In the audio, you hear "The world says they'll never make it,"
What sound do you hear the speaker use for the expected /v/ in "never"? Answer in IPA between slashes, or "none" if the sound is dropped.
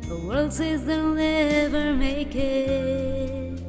/v/